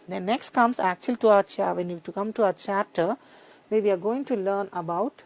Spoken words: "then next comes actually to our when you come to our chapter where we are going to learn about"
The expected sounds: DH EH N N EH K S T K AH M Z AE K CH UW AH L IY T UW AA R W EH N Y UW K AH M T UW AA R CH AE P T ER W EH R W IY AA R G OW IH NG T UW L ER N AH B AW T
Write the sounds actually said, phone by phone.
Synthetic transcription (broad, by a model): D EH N N EH K S T K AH M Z AE K CH UW AH L IY T UW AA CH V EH N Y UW K AH M T UW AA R CH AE T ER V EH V IY AA R G OW IH NG T UW L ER N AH B AW T